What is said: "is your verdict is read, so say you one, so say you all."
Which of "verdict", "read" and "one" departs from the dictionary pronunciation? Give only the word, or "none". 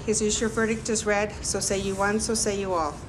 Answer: none